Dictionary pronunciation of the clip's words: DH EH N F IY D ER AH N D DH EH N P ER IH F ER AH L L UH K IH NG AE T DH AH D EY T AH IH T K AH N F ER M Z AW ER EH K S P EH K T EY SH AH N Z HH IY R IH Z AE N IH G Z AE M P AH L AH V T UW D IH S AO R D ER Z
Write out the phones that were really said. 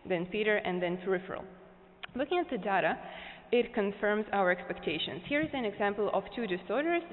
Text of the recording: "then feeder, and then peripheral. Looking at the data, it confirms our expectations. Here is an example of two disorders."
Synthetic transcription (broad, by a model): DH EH N P IY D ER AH N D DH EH N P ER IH F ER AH L L UH K IH NG AE T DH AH D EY T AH IH T K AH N F ER M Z AW ER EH K S P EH K T EY SH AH N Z HH IY R IH Z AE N IH G Z AE M P AH L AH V T UW D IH S AO R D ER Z